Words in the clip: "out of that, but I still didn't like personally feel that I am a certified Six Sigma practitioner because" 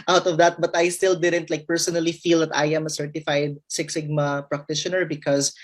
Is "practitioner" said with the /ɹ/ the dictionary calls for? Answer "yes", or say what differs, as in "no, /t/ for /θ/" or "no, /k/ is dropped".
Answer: yes